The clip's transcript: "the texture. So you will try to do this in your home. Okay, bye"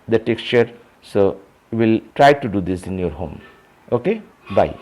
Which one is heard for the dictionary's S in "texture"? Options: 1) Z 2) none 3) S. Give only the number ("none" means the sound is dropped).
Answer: 3